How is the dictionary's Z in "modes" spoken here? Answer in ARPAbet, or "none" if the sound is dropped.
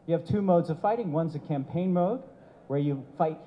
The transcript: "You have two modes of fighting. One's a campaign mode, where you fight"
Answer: Z